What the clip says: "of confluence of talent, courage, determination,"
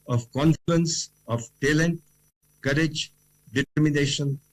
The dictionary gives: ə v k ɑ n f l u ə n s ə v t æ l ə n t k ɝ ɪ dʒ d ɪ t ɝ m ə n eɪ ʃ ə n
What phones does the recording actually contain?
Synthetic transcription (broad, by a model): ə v k ɑ n f l u ə n s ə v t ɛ l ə n t k ɝ ɪ dʒ d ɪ t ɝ m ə n eɪ ʃ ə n